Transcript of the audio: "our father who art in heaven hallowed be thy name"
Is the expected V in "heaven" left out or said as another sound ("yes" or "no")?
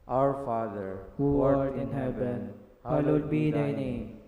yes